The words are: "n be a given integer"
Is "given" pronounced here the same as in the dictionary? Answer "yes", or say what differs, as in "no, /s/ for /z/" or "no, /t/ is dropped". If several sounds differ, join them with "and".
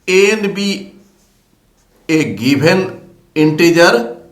no, /b/ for /v/